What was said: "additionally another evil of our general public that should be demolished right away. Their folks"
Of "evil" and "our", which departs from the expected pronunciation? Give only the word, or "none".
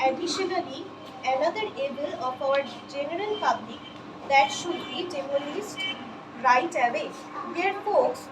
evil